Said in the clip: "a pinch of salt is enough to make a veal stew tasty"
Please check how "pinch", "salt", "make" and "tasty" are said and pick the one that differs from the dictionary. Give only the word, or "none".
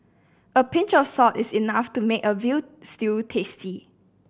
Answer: salt